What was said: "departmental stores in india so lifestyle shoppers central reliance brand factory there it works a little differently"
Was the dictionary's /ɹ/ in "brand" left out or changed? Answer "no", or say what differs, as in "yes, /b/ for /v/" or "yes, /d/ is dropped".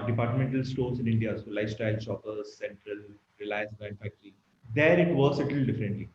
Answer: yes, /ɹ/ is dropped